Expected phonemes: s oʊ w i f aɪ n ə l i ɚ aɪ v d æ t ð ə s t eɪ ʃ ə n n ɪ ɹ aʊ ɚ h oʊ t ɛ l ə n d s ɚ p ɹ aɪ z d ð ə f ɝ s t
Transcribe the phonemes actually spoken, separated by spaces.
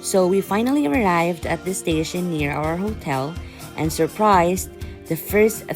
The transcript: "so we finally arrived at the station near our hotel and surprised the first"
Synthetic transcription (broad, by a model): s oʊ w i f aɪ n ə l i ɚ aɪ v d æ t ð ə s t eɪ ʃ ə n n ɪ ɹ aʊ ɚ h oʊ t ɛ l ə n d s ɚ p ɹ aɪ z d ð ə f ɝ s t